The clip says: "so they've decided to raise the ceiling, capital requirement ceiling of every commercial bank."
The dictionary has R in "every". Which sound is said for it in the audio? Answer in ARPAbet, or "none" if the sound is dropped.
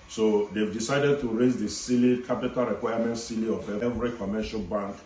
R